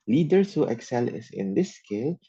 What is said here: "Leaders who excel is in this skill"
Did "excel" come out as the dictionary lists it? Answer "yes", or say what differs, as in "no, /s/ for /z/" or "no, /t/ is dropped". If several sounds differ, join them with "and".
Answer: yes